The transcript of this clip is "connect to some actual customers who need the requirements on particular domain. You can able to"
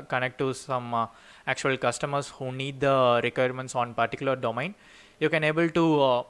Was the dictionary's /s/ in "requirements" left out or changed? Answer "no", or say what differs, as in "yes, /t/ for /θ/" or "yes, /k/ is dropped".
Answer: no